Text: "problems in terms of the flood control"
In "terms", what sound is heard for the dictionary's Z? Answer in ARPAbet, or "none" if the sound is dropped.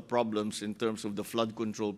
S